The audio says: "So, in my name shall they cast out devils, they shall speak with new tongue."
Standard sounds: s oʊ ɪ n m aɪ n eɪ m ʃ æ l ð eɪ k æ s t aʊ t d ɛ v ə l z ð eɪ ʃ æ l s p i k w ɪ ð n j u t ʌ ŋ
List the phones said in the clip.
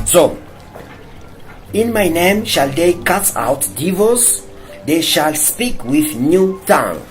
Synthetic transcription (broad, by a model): s oʊ ɪ n m aɪ n eɪ m ʃ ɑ l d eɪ k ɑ t aʊ t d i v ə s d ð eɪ ʃ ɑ l s p i k w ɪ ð n j u t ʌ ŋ